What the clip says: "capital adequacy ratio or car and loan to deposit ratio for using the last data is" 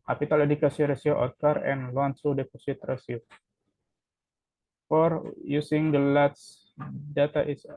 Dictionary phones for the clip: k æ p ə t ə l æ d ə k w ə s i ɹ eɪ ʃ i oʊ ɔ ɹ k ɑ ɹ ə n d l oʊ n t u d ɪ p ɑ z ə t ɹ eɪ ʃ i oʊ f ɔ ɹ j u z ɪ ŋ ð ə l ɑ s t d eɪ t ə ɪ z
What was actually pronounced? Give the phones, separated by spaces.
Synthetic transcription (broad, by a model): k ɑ p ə t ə l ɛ d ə k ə s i ɹ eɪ s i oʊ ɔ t k ɑ ɹ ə n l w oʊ n s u d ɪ p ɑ s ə t ɹ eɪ s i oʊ f ɔ ɹ j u s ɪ ŋ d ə l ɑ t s d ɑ t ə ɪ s